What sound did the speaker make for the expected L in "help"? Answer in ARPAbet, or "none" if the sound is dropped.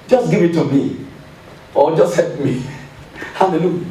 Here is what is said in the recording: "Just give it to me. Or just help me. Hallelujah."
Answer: none